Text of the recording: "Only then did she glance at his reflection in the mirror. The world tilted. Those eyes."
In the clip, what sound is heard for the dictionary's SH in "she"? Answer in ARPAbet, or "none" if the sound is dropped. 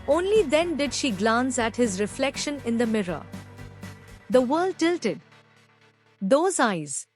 SH